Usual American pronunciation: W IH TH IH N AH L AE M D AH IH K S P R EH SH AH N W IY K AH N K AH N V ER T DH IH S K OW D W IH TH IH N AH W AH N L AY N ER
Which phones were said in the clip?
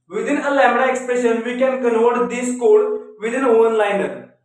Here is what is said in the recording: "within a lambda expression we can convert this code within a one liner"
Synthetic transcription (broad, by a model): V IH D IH N AH L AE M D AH IH K S P R EH SH AH N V IY K AH N K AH N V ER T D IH S K OW D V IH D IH N AH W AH N L AY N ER